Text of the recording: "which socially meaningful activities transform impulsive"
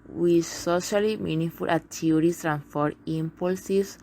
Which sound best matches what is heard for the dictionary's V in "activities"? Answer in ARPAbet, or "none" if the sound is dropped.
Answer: none